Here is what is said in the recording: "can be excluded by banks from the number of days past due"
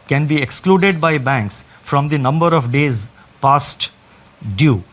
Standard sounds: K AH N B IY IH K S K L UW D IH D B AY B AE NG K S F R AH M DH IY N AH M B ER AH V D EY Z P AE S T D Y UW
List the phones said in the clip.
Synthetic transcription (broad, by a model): K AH N B IY IH K S K L UW D IH D B AY B AE NG K S F R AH M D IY N AH M B ER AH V D EY Z P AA S T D Y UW